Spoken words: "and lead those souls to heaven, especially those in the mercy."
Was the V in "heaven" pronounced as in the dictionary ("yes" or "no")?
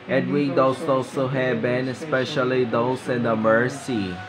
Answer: no